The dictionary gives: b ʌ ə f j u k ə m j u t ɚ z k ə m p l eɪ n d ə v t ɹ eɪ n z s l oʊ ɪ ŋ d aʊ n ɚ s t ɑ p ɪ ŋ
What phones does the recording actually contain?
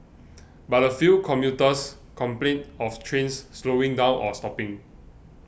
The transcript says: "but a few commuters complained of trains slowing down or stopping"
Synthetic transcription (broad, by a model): b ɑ ə f j u k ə m j u t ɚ s k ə m p l eɪ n ə f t ɹ eɪ n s s l oʊ ɪ ŋ d aʊ n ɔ s t ɑ p ɪ ŋ